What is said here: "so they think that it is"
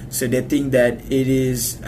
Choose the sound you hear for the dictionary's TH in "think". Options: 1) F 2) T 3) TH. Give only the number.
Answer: 2